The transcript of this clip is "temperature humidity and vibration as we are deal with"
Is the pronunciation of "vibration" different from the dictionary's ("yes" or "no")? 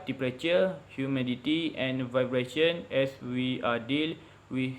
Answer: no